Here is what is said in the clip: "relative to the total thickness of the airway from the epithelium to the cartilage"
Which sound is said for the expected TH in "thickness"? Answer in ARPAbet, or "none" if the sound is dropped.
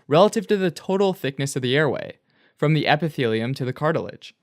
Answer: TH